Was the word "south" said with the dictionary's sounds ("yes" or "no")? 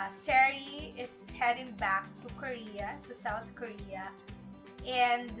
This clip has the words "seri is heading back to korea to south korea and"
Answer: no